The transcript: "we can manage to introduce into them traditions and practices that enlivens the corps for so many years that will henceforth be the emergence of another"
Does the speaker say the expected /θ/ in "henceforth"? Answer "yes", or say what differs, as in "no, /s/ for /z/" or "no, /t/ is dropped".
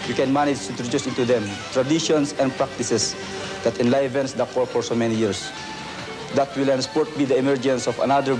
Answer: no, /t/ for /θ/